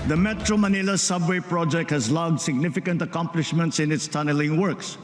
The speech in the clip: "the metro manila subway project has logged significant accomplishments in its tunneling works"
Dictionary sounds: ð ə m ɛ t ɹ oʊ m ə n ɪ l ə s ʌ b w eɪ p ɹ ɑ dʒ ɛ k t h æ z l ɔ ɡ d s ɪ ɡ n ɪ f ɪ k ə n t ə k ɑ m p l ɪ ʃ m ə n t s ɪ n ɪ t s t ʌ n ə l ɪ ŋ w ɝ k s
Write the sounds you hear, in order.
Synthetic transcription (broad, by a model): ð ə m ɛ t ɹ oʊ m ə n ɪ l ə s ʌ b w eɪ p ɹ ɑ dʒ ɛ k t h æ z l ɔ ɡ d s ɪ ɡ n ɪ f ɪ k ə n t ə k ɑ m p l ɪ ʃ m ə n t s ɪ n ɪ t s t ʌ n ə l ɪ ŋ w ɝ k s